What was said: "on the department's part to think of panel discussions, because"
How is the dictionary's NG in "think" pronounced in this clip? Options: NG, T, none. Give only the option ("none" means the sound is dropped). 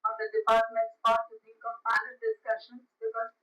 none